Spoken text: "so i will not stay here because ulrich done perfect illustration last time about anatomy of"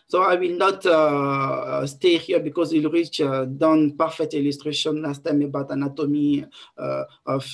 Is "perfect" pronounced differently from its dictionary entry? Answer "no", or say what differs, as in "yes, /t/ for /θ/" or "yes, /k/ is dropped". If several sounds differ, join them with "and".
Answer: yes, /k/ is dropped